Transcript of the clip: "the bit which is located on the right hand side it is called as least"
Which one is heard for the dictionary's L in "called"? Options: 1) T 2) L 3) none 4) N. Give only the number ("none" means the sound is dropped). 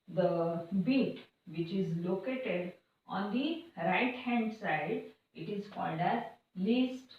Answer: 2